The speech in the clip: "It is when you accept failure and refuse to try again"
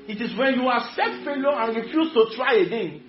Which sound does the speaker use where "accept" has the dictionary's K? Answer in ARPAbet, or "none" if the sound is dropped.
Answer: none